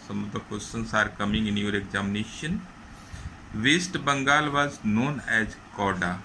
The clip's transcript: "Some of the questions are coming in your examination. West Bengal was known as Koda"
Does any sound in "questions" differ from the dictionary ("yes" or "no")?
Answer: yes